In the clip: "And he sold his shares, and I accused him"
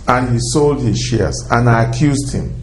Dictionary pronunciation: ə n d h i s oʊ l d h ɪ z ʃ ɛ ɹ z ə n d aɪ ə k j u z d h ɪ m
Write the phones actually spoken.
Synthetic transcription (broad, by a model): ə n h i s oʊ l d h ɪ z ʃ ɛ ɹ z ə n aɪ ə k j u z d h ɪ m